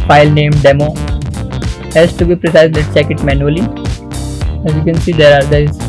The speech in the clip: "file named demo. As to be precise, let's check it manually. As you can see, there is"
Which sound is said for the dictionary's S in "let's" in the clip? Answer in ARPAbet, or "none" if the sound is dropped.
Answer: none